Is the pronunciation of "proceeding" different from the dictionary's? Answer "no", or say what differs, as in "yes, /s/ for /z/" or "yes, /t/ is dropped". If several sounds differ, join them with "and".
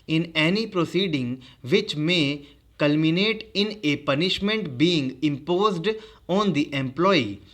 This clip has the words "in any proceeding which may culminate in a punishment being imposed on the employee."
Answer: no